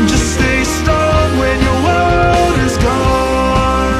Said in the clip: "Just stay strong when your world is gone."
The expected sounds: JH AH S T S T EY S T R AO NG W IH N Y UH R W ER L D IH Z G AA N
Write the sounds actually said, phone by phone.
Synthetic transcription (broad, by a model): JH AH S S T EY S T AO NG W IH N Y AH R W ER D IH Z G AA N